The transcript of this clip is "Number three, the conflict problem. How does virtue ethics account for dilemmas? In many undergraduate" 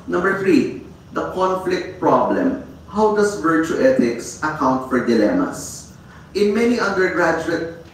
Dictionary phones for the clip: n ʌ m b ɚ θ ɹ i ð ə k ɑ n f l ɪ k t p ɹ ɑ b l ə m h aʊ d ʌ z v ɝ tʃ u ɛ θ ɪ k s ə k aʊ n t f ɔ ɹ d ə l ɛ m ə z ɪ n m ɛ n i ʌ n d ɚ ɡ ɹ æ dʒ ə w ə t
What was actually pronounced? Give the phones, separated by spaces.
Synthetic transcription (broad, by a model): n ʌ m b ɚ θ ɹ i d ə k ɑ n f l ɪ k t p ɹ ɑ b l ə m h aʊ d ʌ s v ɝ tʃ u ɛ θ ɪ k s ə k aʊ n t f ɔ ɹ d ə l ɛ m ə s ɪ n m ɛ n i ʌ n d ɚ ɡ ɹ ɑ dʒ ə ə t